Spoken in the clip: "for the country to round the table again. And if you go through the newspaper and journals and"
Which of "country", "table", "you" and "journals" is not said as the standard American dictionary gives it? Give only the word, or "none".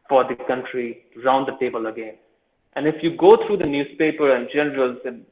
journals